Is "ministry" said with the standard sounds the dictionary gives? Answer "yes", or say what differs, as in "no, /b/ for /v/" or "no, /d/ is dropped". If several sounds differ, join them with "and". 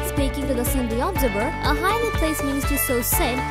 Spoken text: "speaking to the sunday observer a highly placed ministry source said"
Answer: no, /ɹ/ is dropped